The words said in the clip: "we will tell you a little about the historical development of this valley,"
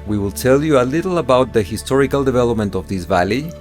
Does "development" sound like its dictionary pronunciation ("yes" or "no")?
yes